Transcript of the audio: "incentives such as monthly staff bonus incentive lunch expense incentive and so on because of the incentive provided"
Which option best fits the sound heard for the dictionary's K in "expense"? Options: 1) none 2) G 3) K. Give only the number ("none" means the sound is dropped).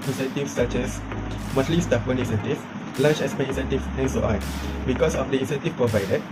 1